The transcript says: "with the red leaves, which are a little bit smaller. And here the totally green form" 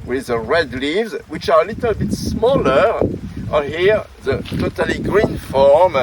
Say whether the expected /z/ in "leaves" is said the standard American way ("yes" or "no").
yes